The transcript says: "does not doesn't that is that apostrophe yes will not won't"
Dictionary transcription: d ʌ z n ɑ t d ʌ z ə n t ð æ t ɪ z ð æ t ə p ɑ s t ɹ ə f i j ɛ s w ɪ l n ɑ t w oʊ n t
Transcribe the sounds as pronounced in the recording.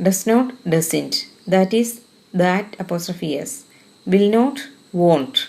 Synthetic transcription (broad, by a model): d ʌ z n ɑ t d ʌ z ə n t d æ t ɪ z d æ t ə p ɑ s t ɹ ə f i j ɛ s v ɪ l n ɑ t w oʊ n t